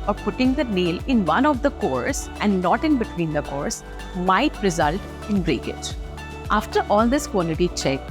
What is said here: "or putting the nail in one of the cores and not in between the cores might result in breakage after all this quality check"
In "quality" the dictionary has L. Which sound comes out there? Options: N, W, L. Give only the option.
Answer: N